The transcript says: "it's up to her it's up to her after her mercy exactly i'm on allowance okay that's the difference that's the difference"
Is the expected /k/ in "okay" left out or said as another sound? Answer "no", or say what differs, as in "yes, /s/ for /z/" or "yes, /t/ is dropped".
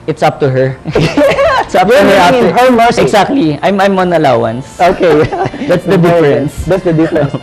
no